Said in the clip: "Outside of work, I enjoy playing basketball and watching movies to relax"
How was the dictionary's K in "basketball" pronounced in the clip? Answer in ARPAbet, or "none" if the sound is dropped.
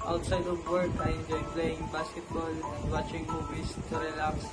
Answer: none